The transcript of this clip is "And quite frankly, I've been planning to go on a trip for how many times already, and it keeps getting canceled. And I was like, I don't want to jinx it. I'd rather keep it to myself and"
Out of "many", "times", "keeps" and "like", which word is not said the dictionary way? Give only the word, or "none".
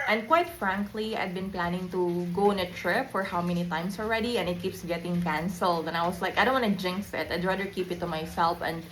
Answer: times